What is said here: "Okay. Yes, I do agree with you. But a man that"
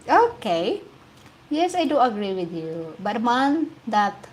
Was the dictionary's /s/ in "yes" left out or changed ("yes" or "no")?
no